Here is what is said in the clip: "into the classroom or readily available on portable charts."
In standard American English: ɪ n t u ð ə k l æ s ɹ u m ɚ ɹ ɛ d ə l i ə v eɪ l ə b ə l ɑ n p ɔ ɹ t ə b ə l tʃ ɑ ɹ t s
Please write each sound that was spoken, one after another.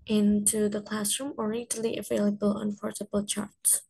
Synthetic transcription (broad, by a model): ɪ n t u ð ə k l æ s ɹ u m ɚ ɹ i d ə l i ə v eɪ l ə b ə l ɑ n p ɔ ɹ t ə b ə l tʃ ɑ ɹ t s